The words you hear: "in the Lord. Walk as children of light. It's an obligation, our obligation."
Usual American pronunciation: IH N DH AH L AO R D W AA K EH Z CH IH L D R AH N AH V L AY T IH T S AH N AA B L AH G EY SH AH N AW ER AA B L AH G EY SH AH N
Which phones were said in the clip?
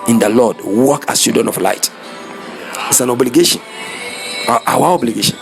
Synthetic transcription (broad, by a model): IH N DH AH L AO D W AA K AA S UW D AH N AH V L AY T IH T S AH N AA B L AH G EY SH AH N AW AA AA B L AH G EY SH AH N